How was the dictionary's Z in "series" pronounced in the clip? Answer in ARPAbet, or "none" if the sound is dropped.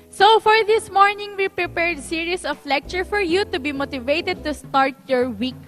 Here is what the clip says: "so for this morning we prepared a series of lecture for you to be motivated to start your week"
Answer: S